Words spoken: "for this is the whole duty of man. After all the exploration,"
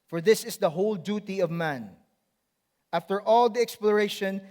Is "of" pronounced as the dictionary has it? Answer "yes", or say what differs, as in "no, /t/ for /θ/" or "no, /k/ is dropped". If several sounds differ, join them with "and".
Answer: yes